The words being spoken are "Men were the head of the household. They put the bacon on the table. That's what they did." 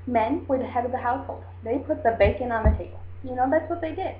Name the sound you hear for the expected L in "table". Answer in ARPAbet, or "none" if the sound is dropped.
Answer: N